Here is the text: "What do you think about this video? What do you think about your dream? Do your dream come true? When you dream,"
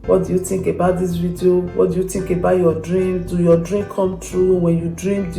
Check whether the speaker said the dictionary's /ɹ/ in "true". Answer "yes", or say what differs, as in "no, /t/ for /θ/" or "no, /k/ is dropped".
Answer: yes